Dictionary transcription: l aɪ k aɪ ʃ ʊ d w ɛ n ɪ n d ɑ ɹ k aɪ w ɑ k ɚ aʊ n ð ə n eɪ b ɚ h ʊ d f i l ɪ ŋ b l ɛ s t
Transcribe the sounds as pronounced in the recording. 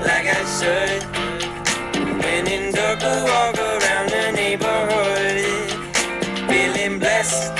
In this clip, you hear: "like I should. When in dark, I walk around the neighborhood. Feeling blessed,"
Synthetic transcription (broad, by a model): l aɪ k aɪ s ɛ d w ɛ n ɪ n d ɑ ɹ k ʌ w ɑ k ɚ aʊ n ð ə n eɪ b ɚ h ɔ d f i l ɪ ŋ b l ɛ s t